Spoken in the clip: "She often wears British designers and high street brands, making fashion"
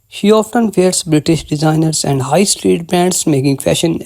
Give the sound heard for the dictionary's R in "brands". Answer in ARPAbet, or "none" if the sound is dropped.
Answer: none